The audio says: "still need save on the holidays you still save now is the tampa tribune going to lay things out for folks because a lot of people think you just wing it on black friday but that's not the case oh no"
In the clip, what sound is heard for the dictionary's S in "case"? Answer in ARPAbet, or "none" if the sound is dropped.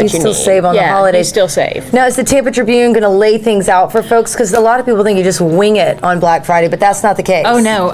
none